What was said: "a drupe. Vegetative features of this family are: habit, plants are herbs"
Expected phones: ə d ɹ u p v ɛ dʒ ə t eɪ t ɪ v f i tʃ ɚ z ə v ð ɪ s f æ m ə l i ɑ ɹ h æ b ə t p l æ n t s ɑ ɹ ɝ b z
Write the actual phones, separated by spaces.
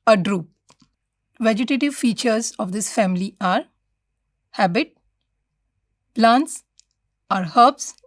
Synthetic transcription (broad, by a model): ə d ɹ u p v ɛ dʒ ə t eɪ t ɪ v f i tʃ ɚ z ə v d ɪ s f æ m ə l i ɑ ɹ h æ b ə t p l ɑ n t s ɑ ɹ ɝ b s